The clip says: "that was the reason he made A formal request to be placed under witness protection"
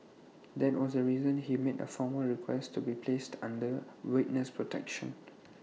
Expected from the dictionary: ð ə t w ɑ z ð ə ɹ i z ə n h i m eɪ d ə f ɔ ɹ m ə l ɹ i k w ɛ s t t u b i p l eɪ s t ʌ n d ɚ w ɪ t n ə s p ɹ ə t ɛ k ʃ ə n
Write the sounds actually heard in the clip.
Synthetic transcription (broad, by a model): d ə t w ɑ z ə ɹ i z ə n h i m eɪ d ə f ɔ m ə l ɹ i k w ɛ s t t u b i p l eɪ s t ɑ n d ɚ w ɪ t n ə s p ɹ ə t ɛ k ʃ ə n